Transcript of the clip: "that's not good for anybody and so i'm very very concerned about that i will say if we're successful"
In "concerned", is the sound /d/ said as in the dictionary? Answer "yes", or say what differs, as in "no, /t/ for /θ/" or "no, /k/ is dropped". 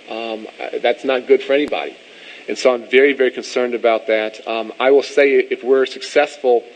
yes